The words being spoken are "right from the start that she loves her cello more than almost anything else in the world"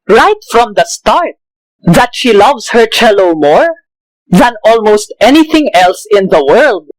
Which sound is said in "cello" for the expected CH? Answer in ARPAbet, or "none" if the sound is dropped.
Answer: CH